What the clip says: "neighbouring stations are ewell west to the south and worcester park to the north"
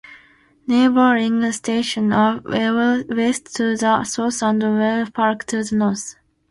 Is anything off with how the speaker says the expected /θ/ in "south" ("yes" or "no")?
yes